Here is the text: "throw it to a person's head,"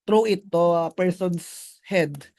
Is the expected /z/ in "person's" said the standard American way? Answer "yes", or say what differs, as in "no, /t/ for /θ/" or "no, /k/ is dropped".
no, /s/ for /z/